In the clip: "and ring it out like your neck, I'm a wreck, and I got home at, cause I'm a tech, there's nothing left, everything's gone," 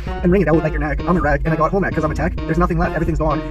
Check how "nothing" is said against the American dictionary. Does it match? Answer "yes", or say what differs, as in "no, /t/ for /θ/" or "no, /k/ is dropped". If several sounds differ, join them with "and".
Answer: yes